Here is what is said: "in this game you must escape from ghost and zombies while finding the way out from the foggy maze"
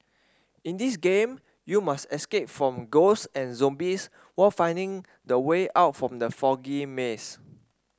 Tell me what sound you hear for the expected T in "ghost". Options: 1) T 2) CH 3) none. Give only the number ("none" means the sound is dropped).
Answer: 3